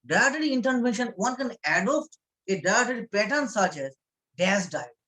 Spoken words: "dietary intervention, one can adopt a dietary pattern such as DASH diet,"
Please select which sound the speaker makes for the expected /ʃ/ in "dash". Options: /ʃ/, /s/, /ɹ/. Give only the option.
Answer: /s/